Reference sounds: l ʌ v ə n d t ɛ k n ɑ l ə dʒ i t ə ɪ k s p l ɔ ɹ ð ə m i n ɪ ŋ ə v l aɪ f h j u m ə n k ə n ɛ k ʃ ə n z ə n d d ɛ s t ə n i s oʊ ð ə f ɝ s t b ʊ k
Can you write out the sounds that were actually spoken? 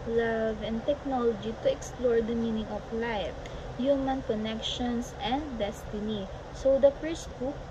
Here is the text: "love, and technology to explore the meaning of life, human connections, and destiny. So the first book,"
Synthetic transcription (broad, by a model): l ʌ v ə n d t ɛ k n ɑ l ə dʒ i t ə ɪ k s p l ɔ ɹ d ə m i n ɪ ŋ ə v l aɪ f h j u m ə n k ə n ɛ k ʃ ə n s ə n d d ɛ s t ə n i s oʊ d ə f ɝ s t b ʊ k